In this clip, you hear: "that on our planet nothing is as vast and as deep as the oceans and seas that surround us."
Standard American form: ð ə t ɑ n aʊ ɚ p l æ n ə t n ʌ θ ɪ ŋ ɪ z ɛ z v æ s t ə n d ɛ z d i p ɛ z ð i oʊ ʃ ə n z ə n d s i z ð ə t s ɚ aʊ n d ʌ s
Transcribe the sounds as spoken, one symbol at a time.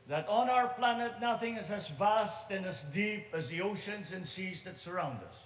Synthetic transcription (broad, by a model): ð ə t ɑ n aʊ ɚ p l æ n ə t n ʌ θ ɪ ŋ ɪ z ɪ z v æ s t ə n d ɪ z d i p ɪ z ð i oʊ ʃ ə n z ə n s i z ð ə t s ɚ aʊ n d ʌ s